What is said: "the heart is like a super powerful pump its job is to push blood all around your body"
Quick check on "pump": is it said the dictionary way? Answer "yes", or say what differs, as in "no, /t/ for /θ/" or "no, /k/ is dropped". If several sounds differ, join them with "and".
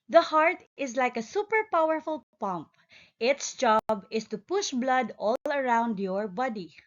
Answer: yes